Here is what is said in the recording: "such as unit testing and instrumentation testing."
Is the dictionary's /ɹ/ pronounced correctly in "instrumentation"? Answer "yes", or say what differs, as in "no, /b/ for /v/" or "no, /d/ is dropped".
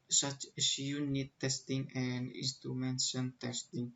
no, /ɹ/ is dropped